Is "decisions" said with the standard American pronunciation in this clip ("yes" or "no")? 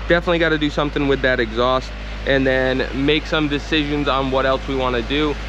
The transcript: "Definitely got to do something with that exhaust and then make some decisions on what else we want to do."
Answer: yes